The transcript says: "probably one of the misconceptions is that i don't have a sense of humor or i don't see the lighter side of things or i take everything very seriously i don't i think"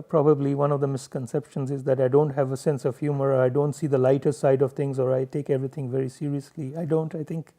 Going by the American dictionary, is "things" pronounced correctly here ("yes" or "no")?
no